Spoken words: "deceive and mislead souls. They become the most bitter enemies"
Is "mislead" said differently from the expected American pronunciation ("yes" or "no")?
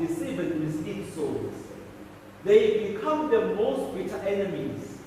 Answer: yes